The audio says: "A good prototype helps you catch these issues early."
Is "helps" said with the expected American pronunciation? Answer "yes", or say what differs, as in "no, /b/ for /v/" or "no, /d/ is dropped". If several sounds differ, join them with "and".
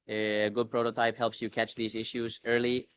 yes